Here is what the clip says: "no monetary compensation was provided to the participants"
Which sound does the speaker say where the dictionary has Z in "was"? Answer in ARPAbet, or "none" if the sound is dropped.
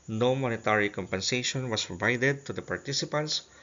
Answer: S